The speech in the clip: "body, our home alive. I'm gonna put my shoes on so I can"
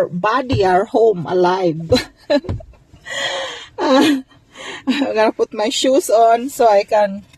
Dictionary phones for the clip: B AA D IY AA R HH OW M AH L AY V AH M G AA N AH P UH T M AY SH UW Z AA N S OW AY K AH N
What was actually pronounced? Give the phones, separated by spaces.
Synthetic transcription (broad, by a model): B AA D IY AA R HH OW M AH L AY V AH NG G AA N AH P UH T M AY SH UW S AA N S OW AY K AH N